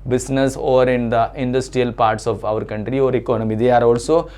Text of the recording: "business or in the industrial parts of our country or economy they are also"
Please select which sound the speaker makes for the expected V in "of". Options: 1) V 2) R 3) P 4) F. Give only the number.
1